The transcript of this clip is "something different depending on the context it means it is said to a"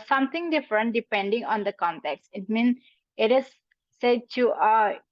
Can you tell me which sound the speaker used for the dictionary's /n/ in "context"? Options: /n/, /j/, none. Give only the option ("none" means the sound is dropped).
/n/